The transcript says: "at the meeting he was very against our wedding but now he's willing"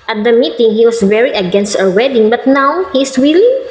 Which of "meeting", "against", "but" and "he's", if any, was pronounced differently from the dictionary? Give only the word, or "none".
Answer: he's